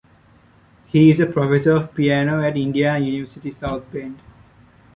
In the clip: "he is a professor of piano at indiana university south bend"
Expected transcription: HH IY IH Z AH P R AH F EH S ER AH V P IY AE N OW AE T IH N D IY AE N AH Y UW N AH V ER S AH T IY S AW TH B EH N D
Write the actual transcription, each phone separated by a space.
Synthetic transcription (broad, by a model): HH IY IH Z AH P R AH F EH S ER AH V P IY AE N OW AE T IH N D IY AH Y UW N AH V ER S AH T IY S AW T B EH N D